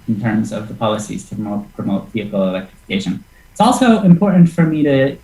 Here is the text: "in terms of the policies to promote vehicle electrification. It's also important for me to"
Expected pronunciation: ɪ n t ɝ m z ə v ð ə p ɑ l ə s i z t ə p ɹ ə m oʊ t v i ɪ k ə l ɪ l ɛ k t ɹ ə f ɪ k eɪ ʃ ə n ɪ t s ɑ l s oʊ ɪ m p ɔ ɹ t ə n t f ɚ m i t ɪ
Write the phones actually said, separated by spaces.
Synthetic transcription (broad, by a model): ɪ n t ɝ m z ə v ð ə p ɑ l ə s i z t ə p ɹ ə m oʊ t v i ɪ k l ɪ l ɛ k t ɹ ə f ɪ k eɪ ʃ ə n ɪ t s ɑ l s oʊ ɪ m p ɔ ɹ t n t f ɚ m i t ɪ